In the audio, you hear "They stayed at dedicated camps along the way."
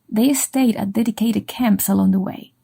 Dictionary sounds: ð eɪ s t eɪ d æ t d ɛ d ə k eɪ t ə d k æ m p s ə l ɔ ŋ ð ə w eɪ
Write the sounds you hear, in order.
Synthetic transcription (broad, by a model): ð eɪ s t eɪ d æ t d ɛ d ə k eɪ t ə d k æ m p s ə l ɔ ŋ ð ə w eɪ